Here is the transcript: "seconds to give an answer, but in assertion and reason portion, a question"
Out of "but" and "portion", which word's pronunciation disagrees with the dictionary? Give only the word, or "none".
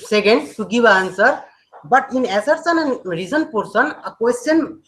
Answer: portion